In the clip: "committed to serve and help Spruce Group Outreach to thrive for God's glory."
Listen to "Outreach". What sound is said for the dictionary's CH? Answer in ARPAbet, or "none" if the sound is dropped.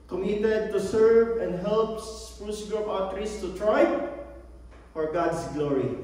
S